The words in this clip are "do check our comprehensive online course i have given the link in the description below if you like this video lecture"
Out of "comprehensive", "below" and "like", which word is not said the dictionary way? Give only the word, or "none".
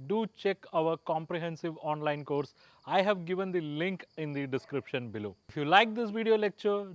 none